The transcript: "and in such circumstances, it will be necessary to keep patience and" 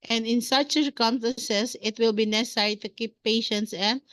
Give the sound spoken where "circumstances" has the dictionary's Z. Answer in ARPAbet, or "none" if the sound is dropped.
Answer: S